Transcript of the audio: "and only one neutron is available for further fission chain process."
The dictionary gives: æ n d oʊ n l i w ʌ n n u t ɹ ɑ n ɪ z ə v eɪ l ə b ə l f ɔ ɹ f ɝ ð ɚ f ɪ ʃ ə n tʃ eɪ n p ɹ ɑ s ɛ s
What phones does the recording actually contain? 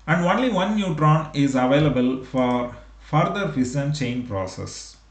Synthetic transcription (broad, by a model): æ n d oʊ n l i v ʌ n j u t ɹ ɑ n ɪ z ə v eɪ l ə b ə l f ɔ ɹ f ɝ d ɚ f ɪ s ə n tʃ eɪ n p ɹ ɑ s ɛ s